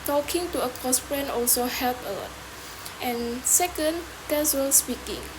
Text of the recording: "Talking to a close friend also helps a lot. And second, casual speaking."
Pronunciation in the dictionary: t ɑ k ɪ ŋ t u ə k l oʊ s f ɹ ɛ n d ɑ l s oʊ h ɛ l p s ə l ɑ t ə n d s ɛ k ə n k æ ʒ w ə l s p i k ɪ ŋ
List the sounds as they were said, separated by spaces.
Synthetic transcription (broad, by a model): t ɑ k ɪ ŋ t u ə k oʊ s p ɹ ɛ n ɑ l s oʊ h ɛ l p ə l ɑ t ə n s ɛ k ə n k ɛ s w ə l s p i k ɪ ŋ